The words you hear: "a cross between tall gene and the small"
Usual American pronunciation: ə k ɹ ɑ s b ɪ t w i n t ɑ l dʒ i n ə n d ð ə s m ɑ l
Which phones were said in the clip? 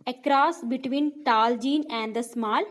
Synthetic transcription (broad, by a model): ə k ɹ ɑ s b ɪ t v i n t ɑ l dʒ i n ə n d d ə s m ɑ l